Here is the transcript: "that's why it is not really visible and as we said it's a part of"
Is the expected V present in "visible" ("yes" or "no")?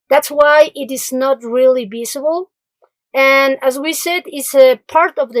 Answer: no